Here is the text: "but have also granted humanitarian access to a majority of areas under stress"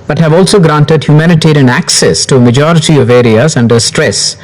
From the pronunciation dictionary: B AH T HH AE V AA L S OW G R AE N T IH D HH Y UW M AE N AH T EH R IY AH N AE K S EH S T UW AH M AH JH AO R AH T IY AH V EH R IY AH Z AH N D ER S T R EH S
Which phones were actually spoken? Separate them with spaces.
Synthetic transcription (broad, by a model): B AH T HH AE V AA L S OW G R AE N T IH D HH Y UW M AE N AH T EH R IY AH N AE K S EH S T UW AH M AH JH AO R AH T IY AH V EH R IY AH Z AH N D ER S T R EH S